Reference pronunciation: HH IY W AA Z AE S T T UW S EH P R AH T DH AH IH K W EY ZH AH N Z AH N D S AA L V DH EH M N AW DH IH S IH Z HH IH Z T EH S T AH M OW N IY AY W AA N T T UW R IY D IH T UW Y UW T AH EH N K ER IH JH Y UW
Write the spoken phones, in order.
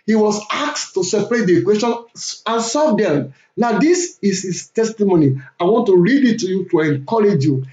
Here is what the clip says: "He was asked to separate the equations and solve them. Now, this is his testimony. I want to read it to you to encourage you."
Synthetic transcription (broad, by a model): HH IY W AA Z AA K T T UW S EH P R AH T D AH K W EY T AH N AH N S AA V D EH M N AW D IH S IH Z HH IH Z T EH S T AH M OW N IY AY W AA N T T UW R IY D IH T UW Y UW T AH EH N K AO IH JH Y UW